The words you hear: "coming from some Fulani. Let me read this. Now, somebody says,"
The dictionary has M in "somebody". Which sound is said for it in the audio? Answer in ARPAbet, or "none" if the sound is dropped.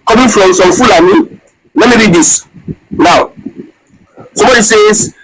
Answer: none